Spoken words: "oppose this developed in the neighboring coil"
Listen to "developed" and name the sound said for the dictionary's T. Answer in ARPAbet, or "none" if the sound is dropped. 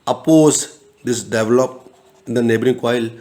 none